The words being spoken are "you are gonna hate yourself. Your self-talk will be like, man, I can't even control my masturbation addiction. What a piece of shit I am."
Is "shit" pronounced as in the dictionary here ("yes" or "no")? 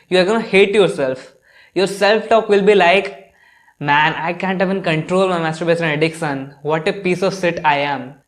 no